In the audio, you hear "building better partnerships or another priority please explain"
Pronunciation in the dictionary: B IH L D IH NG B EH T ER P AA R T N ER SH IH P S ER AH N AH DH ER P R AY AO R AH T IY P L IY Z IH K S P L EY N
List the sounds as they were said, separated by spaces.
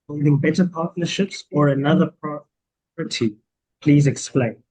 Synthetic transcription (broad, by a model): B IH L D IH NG B EH T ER P AA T N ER SH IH P S ER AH N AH DH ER P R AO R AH T IY P L IY Z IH K S P L EY N